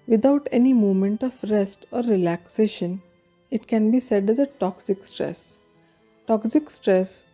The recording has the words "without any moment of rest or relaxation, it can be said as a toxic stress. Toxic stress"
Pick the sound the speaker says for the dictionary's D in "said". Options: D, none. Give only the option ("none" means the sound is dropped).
D